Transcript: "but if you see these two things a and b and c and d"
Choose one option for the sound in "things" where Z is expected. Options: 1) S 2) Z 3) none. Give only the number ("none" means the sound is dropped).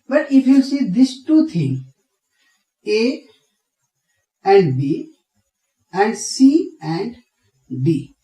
3